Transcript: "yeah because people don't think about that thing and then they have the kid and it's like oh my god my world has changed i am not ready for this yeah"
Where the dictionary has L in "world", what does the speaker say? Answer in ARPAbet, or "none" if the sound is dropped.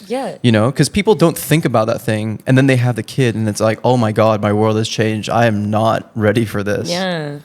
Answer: L